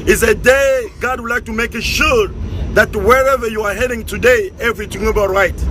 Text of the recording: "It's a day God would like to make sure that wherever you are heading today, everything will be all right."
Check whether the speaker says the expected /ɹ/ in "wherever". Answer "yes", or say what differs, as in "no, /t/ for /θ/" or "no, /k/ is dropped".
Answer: yes